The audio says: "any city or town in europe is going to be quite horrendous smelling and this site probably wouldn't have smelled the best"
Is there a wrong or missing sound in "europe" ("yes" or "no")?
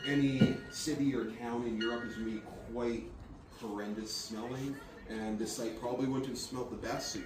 no